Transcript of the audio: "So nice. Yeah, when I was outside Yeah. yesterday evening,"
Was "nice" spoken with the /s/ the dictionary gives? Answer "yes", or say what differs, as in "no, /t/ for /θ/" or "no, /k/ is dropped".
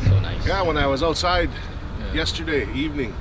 no, /s/ is dropped